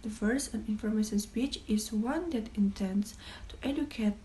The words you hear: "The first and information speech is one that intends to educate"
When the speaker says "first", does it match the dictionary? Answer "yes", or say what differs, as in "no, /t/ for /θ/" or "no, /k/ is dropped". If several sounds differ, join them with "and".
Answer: no, /t/ is dropped